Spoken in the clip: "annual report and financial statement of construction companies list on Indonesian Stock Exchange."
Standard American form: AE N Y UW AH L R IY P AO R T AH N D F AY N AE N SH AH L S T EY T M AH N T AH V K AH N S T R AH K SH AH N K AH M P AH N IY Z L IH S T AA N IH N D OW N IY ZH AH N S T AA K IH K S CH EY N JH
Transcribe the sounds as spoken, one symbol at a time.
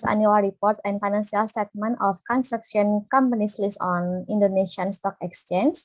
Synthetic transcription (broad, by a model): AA N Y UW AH L R IY P AO R T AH N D F AY N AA N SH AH L S T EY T M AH N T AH F K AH N S T R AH K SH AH N K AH M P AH N IY S L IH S AA N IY N D OW N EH SH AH N S T AA K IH K S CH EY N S